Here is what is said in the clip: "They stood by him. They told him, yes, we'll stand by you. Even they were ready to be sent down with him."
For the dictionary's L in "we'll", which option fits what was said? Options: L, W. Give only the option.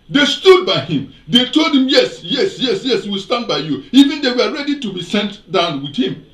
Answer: W